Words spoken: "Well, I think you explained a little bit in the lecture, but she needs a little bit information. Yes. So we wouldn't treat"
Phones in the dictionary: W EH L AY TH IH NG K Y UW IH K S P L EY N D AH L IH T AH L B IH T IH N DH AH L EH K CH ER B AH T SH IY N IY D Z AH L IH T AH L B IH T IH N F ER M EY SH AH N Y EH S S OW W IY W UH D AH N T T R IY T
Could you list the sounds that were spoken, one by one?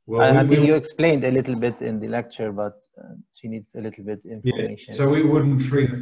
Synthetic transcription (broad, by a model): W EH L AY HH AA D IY Y UW IH K S P L EY N D AH L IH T L B IH T IH N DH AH L EH K CH ER B AH T SH IY N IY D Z AH L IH T L B IH T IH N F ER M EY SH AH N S S OW W IY W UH D N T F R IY